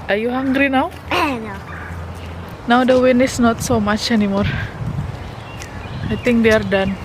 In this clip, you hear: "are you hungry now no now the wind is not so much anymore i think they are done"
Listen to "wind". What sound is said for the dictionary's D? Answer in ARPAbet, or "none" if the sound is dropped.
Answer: none